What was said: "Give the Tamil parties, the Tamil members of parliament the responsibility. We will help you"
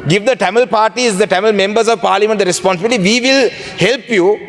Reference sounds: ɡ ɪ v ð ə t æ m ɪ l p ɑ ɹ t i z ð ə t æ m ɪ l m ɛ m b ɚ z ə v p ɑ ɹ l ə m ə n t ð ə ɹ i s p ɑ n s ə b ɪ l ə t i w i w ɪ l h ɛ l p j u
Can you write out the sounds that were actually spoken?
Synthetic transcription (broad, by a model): ɡ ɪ v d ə t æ m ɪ l p ɑ ɹ t i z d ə t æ m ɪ l m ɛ m b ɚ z ə v p ɑ ɹ l ə m ə n t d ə ɹ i s p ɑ n s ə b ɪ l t i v i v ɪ l h ɛ l p j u